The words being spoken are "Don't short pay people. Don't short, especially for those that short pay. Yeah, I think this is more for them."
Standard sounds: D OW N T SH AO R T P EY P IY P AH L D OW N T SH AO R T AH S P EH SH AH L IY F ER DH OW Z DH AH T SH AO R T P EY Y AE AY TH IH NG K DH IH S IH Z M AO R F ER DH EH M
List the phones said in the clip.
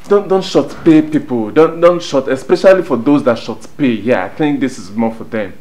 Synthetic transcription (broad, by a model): D OW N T SH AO T P EY P IY P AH N D OW N T SH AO T AH S P EH SH AH L IY F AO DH OW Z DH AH T SH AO T P EY Y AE AY TH IH NG K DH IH S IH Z M AO F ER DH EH M